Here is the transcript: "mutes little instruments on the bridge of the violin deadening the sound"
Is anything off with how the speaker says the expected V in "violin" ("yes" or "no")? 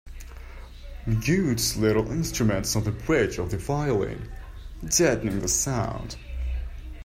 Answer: yes